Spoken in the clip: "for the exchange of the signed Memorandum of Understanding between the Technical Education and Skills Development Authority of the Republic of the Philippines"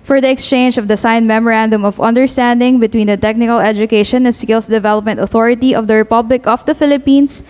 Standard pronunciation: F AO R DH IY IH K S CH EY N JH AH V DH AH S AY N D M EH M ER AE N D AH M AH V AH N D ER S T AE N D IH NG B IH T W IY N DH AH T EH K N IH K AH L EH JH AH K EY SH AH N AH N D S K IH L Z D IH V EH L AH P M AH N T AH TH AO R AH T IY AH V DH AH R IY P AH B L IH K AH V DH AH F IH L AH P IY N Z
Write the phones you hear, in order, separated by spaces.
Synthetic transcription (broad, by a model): F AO R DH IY IH K S CH EY N JH AH V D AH S AY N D M EH M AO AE N D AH M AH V AH N D ER S T AE N D IH NG B IH T W IY N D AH T EH K N IH K AH L EH JH AH K EY SH AH N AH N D S K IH L S D IH V EH L AH P M AH N T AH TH AO R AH T IY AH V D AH R IY P AH B L IH K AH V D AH F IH L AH P IY N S